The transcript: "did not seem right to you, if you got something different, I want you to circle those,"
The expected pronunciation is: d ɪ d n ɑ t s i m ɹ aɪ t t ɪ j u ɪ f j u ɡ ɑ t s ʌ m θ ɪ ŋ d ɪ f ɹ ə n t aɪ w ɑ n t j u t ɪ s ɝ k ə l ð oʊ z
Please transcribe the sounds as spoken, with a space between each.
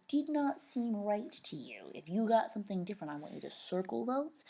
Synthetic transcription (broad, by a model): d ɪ d n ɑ t s i m ɹ aɪ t t ɪ j u ɪ f j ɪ ɡ ɑ t s ʌ m θ ɪ ŋ d ɪ f ɹ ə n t aɪ w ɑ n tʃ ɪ t ɪ s ɝ k l ð oʊ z